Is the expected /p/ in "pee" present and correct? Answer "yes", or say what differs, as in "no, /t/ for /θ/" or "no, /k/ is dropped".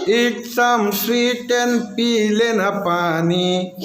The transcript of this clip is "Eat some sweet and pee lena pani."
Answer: yes